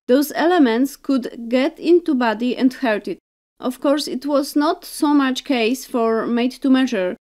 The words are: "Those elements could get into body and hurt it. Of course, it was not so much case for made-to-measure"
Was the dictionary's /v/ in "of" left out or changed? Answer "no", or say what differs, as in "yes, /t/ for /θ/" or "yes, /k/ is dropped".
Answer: yes, /f/ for /v/